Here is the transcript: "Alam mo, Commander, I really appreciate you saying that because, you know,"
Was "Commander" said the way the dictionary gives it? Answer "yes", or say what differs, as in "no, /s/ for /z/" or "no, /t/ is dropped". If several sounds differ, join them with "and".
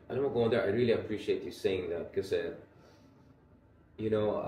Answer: no, /m/ is dropped